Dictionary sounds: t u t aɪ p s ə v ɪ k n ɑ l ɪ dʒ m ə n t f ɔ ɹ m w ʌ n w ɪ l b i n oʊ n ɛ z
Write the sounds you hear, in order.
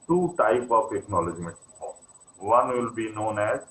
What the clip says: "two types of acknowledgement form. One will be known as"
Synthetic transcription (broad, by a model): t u t aɪ p ə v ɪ k n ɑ l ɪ dʒ m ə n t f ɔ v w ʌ n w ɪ l b i n oʊ n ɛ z